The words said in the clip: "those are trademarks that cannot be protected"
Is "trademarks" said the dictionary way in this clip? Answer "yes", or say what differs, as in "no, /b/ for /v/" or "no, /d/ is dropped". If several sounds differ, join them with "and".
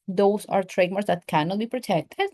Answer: no, /k/ is dropped